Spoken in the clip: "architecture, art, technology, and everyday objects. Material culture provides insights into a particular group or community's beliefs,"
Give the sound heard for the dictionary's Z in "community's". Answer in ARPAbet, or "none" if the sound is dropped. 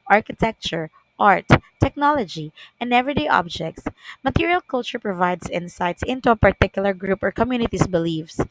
S